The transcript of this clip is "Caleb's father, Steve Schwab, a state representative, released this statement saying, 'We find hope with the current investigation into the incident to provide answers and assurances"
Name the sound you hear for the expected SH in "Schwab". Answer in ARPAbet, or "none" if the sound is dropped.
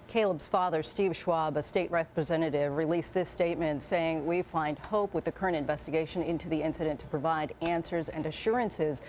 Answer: SH